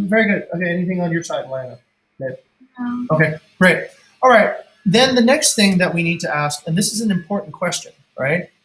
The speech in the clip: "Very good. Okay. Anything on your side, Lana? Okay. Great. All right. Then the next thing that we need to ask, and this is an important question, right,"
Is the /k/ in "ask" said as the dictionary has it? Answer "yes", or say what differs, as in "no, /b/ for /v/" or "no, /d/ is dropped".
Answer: yes